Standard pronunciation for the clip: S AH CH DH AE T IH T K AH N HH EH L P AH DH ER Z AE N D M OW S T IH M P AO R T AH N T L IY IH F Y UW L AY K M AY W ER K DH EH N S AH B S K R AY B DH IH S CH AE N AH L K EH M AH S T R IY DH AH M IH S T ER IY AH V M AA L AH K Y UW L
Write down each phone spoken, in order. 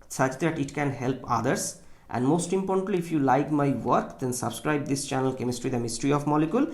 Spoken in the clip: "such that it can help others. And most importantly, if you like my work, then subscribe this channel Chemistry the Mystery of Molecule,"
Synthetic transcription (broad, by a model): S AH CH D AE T IH T K AH N HH EH L P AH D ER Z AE N D M OW S T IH M P AO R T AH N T L IY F Y UW L AY K M AY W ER K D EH N S AH B S K R AY B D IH S CH AE N AH L K EH M AH S T R IY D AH M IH S T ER IY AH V M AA L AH K Y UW L